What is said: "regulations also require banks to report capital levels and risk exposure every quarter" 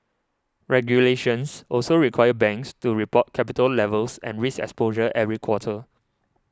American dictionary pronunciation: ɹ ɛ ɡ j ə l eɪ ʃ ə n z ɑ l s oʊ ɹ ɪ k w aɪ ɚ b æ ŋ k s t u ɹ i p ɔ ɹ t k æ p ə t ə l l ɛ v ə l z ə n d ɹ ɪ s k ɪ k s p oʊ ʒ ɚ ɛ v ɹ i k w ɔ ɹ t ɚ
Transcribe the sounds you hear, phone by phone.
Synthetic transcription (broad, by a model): ɹ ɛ ɡ j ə l eɪ ʃ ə n s ɑ l s oʊ ɹ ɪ k w aɪ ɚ b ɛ ŋ k s t u ɹ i p ɔ t k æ p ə t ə l l ɛ v ə l s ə n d ɹ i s ɪ k s p oʊ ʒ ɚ ɛ v ɹ i k w ɔ t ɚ